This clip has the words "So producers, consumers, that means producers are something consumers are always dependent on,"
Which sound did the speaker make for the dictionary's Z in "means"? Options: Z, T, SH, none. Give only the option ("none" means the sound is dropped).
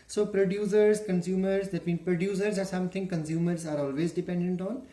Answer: none